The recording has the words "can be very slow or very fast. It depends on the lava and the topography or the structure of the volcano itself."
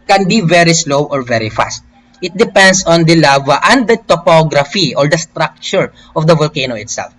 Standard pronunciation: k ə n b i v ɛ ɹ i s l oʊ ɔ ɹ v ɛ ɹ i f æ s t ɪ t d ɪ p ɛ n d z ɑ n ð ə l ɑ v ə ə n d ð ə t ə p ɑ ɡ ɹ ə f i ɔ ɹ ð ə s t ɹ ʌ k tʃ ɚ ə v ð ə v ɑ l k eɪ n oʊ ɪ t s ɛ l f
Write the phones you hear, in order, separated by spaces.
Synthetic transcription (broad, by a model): k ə n b i v ɛ ɹ i s l oʊ ɔ ɹ v ɛ ɹ i f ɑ s t ɪ t d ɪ p ɛ n d s ɑ n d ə l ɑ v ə ə n d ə t ə p ɑ ɡ ɹ ə f i ɔ ɹ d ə s t ɹ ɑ k tʃ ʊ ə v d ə v ɑ l k eɪ n oʊ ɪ t s ɛ l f